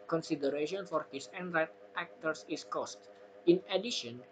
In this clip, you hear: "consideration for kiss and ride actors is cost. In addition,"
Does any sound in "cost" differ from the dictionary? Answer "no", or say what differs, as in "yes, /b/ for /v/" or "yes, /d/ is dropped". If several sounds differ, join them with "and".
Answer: no